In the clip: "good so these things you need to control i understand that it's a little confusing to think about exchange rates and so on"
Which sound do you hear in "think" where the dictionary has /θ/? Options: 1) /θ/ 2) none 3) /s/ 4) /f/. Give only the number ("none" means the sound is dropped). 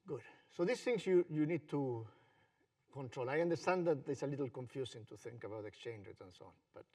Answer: 1